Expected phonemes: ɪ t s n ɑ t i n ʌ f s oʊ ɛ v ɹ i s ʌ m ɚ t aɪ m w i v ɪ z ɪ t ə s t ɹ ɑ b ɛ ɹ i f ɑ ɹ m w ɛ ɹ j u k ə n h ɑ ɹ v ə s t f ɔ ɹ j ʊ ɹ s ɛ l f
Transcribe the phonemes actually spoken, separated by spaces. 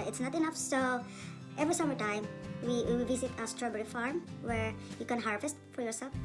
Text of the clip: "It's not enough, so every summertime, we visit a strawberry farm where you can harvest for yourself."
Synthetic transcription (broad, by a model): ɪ t s n ɑ t i n ʌ f s oʊ ɛ v ɹ i s ʌ m ɚ t aɪ m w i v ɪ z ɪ t ə s t ɹ ɑ b ɛ ɹ i f ɑ ɹ m w ɛ ɹ j u k ə n h ɑ ɹ v ə s t f ɔ ɹ j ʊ ɹ s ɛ l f